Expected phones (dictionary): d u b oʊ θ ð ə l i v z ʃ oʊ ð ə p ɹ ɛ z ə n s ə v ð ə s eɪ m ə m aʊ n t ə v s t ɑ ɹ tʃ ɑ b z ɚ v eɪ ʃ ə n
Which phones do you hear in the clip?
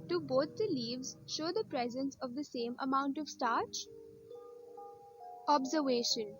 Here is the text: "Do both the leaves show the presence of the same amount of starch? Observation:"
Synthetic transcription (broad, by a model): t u b oʊ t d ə l i v z ʃ oʊ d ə p ɹ ɛ z ə n s ə v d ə s eɪ m ə m aʊ n t ə v s t ɑ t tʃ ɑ b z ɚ v eɪ ʃ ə n